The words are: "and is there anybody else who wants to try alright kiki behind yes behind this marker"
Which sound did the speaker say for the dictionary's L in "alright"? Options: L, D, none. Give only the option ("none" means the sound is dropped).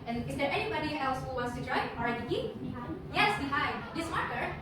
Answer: none